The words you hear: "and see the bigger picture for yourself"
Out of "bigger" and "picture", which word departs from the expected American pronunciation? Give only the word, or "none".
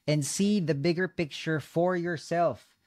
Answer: none